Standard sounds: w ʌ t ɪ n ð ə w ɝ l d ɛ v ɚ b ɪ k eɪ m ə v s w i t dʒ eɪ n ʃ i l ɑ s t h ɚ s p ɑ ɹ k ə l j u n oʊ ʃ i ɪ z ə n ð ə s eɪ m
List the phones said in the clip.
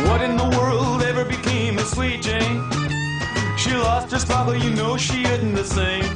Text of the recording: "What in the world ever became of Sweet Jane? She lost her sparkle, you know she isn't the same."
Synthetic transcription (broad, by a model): w ʌ t ɪ n ð ə w ɝ l d ɛ v ɚ b ɪ k eɪ m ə s w i t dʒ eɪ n ʃ i l ɑ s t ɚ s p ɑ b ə j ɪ n oʊ ʃ i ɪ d n ð ə s eɪ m